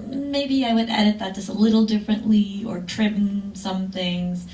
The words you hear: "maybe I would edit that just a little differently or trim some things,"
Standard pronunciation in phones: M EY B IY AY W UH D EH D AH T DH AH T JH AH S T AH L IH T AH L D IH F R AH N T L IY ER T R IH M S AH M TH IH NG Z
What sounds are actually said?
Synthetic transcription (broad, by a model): M EY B IY AY W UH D EH D AH T DH AH T JH AH S T AH L IH T L D IH F R AH N T L IY ER T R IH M S AH M TH IH NG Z